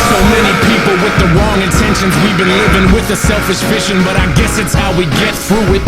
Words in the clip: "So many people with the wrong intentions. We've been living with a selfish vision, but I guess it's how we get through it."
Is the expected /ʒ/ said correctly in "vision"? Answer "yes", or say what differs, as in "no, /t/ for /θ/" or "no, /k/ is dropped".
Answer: no, /ʃ/ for /ʒ/